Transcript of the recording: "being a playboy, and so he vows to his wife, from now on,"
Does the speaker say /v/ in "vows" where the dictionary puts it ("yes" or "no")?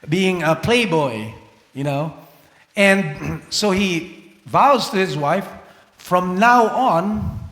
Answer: yes